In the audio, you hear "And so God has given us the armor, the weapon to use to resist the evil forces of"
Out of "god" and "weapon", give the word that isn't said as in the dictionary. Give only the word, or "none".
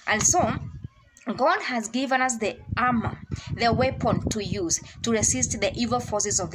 none